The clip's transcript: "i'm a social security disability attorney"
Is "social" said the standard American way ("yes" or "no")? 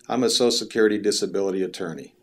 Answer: no